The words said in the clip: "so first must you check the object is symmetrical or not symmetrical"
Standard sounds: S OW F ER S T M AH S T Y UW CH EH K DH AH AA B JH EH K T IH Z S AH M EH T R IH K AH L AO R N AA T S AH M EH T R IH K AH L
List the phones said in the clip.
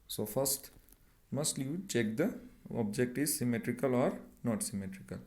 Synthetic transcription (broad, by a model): S OW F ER S T M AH S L Y UW CH EH K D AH AA B JH EH K T IH Z S AH M EH T R IH K AH L AO R N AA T S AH M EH T R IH K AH L